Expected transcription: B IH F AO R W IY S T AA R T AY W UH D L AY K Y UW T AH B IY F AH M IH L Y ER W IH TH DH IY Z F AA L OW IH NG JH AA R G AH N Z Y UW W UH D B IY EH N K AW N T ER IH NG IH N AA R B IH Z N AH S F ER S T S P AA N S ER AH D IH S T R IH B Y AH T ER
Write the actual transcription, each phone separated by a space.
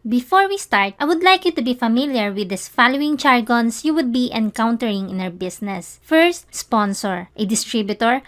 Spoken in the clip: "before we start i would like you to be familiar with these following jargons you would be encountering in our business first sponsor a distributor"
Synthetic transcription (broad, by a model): B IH F AO R W IY S T AA R T AY W UH D L AY K Y UW T AH B IY F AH M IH L Y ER W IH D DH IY S F AA L OW IH NG CH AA R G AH N S Y UW W UH D B IY EH N K AW N T ER IH NG IH N AA R B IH S N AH S F ER S T S P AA N S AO AH D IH S T R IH B Y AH T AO